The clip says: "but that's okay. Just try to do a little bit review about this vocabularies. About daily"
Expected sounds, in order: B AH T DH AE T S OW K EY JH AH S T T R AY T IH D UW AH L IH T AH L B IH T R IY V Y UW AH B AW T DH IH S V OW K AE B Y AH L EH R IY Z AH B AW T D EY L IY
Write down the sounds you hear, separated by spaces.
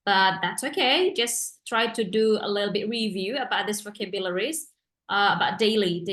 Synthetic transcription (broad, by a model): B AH T DH AE T S OW K EY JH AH S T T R AY T IH D UW AH L IH T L B IH T R IY V Y UW AH B AW T DH IH S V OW K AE B Y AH L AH R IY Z AH B AW T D EY L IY